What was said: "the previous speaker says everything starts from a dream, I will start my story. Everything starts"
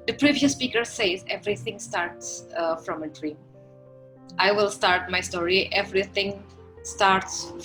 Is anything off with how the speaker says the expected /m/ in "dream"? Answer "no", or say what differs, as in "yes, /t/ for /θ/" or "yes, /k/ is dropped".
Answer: yes, /m/ is dropped